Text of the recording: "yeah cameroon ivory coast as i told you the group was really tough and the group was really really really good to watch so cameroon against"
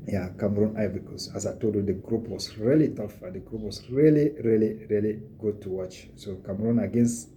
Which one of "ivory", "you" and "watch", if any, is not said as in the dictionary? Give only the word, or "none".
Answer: ivory